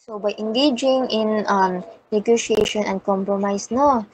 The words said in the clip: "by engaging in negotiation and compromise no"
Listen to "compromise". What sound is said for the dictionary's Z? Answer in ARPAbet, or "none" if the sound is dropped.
S